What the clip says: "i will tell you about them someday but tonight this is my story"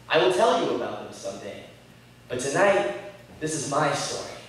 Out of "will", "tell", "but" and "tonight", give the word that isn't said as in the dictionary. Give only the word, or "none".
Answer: none